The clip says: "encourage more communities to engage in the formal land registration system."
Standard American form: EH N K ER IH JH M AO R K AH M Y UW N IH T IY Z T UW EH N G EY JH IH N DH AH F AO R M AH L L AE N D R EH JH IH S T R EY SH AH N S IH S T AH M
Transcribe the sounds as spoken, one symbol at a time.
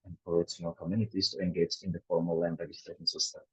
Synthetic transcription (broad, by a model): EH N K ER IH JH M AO L K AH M Y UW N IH T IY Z T UW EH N G EY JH IH N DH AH F AO R M AH L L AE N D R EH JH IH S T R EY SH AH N S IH S T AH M